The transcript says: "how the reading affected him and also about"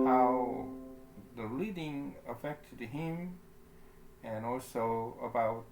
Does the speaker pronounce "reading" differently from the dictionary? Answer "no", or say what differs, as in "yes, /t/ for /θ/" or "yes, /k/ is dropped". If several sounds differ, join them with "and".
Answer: yes, /l/ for /ɹ/